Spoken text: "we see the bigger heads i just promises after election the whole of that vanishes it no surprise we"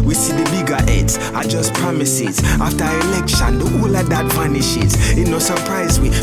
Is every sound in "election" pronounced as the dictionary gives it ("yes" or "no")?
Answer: yes